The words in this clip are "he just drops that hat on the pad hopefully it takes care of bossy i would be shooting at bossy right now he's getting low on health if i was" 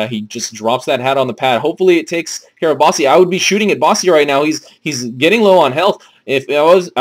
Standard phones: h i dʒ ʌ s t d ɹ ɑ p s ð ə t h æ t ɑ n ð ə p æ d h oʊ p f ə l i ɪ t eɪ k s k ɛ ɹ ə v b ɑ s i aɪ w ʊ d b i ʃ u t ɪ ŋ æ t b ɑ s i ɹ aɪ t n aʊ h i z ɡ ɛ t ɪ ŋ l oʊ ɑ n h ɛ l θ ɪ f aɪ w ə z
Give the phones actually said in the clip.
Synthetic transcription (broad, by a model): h i dʒ ʌ s d ɹ ɑ p s ð ə t h æ t n ð ə p æ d h oʊ p f l i ɪ t eɪ k s k ɛ ɹ ə v b ɑ s i aɪ w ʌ d b i ʃ u t ɪ ŋ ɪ t b ɑ s i ɹ aɪ t n aʊ h i z ɡ ɛ t ɪ ŋ l oʊ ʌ n h ɛ l θ ɪ f aɪ w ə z